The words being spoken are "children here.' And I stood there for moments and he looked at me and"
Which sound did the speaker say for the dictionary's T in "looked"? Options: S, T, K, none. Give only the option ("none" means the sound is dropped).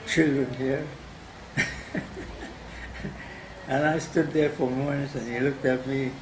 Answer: T